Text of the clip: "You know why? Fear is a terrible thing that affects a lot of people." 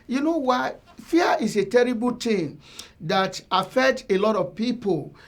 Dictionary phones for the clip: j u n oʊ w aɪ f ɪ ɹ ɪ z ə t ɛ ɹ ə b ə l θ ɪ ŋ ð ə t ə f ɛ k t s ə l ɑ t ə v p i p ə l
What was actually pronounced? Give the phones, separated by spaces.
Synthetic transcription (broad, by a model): j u n oʊ w aɪ f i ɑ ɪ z ə t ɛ ɹ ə b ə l t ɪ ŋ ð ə t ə f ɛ k t ə l ɑ t ə v p i p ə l